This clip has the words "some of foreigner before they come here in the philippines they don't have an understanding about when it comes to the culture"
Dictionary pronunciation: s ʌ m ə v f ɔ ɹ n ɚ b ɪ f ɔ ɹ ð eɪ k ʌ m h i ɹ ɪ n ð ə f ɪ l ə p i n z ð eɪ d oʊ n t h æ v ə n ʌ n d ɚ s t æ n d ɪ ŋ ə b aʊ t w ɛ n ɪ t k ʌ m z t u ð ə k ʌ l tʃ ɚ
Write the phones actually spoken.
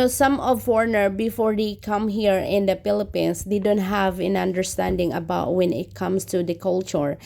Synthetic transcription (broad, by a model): s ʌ m ə v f ɔ ɹ n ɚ b ɪ f ɔ ɹ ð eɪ k ʌ m h i ɹ ɪ n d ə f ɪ l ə p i n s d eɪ d oʊ n t h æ v ə n ʌ n d ɚ s t æ n d ɪ ŋ ə b aʊ t w ɛ n ɪ t k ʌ m s t u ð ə k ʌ l tʃ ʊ